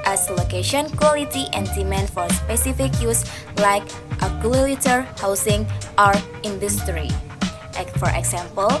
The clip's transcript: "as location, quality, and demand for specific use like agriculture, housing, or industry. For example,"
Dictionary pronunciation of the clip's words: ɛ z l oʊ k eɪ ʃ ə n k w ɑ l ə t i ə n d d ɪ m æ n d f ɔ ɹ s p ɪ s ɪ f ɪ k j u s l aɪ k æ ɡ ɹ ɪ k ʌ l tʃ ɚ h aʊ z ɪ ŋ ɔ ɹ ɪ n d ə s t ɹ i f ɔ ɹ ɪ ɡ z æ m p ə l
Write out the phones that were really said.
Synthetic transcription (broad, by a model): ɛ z l oʊ k eɪ ʃ ə n k w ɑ l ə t i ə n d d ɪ m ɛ n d f ɔ ɹ s p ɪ s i f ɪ k j u s l aɪ k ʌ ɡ ɪ ʌ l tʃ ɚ h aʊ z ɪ ŋ ɔ ɹ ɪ n d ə s t ɹ i f ɔ ɹ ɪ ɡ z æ m p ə l